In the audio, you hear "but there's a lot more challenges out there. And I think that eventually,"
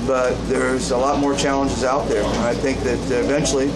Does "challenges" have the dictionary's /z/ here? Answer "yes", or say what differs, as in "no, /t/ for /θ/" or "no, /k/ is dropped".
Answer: yes